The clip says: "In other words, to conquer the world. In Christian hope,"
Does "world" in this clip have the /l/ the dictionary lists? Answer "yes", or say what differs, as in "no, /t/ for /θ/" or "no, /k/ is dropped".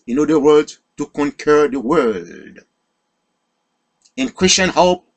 no, /l/ is dropped